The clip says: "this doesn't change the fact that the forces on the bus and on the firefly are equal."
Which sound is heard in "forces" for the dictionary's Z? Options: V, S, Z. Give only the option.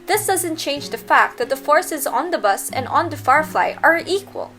Z